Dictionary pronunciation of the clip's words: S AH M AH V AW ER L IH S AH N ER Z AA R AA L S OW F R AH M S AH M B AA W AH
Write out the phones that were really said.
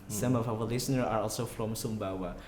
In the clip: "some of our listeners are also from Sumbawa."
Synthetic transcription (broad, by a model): S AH M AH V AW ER L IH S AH N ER AA R AA L S OW F R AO M S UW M B AA W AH